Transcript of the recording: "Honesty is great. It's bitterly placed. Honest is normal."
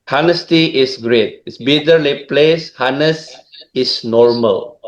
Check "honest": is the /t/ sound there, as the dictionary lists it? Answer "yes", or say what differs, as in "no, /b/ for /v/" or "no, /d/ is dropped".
no, /t/ is dropped